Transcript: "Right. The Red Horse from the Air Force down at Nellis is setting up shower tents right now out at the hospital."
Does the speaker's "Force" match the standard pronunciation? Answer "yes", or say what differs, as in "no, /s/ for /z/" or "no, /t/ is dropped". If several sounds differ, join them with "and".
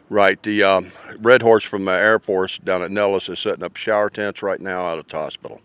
no, /p/ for /f/